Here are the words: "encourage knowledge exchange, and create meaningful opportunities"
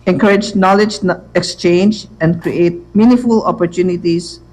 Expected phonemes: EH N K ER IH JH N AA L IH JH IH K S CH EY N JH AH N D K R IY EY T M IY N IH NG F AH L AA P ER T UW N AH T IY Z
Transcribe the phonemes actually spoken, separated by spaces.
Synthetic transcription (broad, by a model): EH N K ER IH JH N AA L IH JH IH K S CH EY N JH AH N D K R IY EY T M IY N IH F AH L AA P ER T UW N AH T IY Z